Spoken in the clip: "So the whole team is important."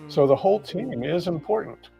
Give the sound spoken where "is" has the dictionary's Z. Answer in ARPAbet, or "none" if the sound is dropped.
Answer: Z